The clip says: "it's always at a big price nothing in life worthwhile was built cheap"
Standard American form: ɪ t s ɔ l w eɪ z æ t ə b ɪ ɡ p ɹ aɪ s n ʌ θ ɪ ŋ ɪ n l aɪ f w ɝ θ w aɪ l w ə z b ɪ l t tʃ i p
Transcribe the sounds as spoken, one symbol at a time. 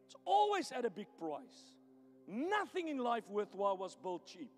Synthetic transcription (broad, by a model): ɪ t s ɔ l w eɪ z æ t ə b ɪ ɡ p ɹ aɪ s n ʌ θ ɪ ŋ ɪ n l aɪ f w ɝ θ w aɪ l w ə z b ɪ l t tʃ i p